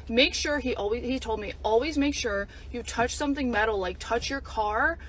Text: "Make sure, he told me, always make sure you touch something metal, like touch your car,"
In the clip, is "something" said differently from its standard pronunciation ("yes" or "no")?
no